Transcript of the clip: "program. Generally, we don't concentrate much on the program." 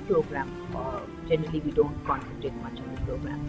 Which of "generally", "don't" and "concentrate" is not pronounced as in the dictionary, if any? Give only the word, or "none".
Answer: concentrate